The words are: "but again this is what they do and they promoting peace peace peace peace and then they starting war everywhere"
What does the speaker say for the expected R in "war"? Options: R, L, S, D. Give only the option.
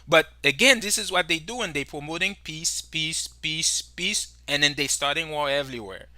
L